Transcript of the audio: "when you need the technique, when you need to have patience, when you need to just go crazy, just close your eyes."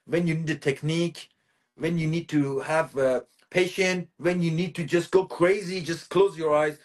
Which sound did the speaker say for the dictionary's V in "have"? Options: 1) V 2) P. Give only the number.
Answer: 1